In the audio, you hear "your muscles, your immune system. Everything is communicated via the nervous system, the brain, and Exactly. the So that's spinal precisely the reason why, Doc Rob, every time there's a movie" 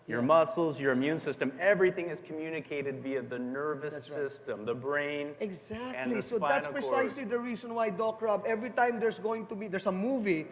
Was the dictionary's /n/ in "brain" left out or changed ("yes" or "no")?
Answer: yes